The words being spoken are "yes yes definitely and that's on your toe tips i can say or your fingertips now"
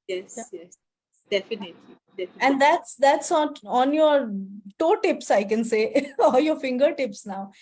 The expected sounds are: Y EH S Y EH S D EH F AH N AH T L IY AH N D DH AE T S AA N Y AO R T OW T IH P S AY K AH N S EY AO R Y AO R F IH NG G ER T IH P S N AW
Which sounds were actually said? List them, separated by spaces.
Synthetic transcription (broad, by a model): Y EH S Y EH S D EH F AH N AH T L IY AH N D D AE T S AA N Y AO R T OW T IH P S AY K AH N S EY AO L Y AO R F IH NG G ER T IH P S N AW